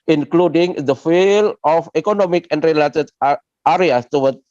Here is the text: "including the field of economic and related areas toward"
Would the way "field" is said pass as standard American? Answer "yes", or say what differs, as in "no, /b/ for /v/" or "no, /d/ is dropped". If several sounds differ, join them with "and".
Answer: no, /d/ is dropped